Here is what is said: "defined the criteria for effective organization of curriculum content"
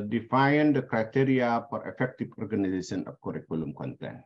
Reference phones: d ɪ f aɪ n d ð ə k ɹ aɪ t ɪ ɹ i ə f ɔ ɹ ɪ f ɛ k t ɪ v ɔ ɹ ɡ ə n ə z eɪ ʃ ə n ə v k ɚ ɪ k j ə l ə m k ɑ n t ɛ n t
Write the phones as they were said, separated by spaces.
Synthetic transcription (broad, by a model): d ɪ f aɪ n d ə k ɹ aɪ t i ɹ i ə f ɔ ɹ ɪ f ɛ k t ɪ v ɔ ɹ ɡ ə n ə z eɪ s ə n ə p k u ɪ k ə l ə m k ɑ n t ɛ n